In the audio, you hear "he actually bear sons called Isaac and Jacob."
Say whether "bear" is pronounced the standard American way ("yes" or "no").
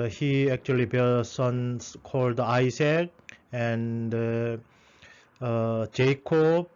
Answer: no